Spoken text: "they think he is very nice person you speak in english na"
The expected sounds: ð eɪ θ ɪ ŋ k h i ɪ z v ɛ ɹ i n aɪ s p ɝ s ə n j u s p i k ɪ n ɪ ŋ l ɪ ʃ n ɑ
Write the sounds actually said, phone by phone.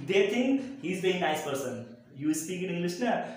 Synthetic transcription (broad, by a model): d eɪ t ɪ ŋ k h i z b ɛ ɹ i n aɪ s p ɝ s ə n j u s p i k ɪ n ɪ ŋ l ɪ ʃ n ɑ